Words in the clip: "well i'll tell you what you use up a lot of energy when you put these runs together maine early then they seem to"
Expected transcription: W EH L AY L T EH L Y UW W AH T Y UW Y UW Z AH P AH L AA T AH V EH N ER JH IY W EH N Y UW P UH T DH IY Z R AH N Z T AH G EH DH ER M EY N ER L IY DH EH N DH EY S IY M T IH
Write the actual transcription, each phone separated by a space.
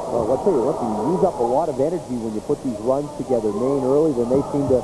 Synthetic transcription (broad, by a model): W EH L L T EH L Y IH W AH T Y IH Y UW Z AH P AH L AA T AH V EH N ER JH IY W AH N Y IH P UH T DH IY Z R AH N Z T AH G EH DH ER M EY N ER L IY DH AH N DH EY S IY M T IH